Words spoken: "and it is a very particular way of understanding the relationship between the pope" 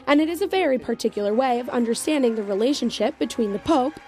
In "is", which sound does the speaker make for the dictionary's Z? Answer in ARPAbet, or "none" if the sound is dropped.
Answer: Z